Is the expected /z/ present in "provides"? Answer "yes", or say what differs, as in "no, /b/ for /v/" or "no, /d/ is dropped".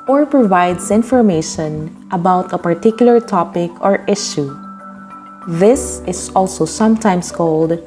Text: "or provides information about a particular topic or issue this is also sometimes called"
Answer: no, /s/ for /z/